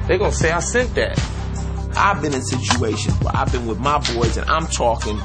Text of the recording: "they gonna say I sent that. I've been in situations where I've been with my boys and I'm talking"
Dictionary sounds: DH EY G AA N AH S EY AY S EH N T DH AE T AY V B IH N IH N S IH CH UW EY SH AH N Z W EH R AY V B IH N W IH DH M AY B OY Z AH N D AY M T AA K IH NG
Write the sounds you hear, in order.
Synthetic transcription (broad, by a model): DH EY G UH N S EY AY S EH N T DH AE T AY V B IH N IH N S IH CH UW EY SH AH N W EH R AY V B IH N W IH DH M AY B OY Z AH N AY M T AA K IH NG